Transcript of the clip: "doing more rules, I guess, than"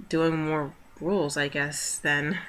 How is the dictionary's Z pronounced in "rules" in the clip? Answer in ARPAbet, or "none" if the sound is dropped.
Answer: Z